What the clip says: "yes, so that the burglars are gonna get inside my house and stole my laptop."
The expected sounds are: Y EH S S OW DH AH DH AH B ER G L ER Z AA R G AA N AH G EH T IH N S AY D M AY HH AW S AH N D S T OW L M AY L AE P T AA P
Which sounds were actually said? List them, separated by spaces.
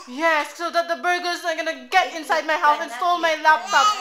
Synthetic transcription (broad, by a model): Y EH S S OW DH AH DH AH B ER G ER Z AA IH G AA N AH G EH T IH N S AY D M AY HH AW TH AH N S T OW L M AY L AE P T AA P